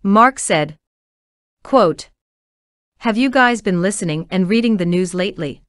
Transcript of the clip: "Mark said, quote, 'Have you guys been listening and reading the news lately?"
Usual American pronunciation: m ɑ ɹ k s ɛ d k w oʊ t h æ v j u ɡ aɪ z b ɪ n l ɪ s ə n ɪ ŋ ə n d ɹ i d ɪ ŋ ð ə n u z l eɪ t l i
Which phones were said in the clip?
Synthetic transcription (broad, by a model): m ɑ ɹ k s ɛ d k w oʊ t h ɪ v j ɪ ɡ aɪ z b ɪ n l ɪ s ə n ɪ ŋ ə n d ɹ i d ɪ ŋ ð ə n u z l eɪ t l i